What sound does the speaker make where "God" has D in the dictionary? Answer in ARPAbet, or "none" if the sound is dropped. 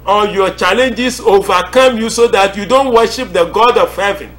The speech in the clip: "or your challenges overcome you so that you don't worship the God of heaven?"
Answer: D